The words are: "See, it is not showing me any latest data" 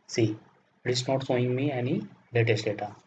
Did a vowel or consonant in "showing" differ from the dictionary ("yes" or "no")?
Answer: yes